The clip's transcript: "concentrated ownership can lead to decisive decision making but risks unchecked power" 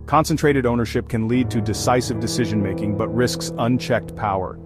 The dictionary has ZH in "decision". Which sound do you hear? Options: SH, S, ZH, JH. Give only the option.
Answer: ZH